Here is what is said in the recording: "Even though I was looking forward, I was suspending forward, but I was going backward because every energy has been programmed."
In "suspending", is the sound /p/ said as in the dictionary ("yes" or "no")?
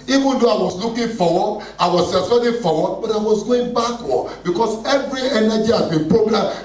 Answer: no